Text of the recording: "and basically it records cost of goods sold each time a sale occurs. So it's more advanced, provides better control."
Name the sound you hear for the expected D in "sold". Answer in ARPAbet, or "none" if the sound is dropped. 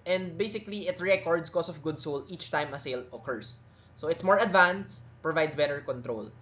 none